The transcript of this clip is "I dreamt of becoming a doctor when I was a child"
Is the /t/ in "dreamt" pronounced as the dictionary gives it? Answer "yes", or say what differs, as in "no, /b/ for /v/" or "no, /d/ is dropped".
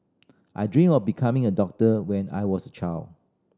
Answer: no, /t/ is dropped